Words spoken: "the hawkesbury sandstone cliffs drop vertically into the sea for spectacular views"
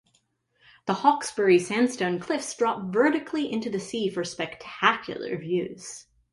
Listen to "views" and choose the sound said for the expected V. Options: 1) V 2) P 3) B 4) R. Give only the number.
1